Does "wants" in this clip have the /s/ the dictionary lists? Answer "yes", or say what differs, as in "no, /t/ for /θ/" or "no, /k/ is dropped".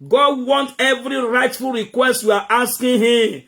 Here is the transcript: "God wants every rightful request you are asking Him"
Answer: no, /s/ is dropped